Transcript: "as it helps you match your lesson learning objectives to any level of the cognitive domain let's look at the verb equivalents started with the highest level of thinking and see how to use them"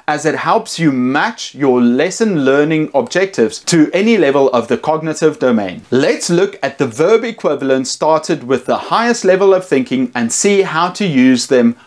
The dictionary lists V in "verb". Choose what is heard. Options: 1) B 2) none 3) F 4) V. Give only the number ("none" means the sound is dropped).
4